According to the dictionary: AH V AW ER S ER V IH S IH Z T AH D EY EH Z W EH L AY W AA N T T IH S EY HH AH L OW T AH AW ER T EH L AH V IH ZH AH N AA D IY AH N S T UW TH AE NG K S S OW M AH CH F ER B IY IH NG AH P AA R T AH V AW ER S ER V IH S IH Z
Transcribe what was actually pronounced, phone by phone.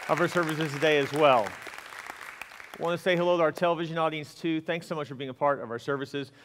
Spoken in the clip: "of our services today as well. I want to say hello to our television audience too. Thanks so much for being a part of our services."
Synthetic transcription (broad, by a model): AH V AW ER S ER V IH S IH Z T AH D EY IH Z W EH L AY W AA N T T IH S EY HH AH L OW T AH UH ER T EH L AH V IH ZH AH N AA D IY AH N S T UW TH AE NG K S S OW M AH CH F ER B IY IH NG AH P AA R T AH V AW ER S ER V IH S IH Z